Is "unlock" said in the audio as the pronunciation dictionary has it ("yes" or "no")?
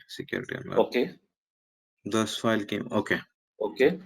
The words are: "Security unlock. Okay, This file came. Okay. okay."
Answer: no